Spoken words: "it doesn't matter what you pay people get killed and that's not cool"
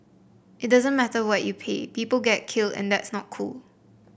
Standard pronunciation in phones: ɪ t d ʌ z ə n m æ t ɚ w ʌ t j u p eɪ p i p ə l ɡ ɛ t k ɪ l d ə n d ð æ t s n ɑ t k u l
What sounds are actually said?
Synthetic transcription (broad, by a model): ɪ t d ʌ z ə n m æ t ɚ w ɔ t j u p eɪ p i p ə l ɡ ɛ t k ɪ l d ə n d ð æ t s n ɑ t k u l